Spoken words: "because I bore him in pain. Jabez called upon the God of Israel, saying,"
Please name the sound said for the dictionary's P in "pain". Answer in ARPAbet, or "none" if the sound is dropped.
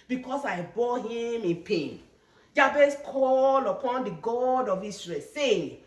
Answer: P